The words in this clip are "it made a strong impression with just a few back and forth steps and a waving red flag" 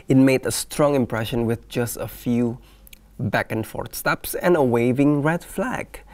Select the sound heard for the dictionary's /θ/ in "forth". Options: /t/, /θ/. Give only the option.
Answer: /t/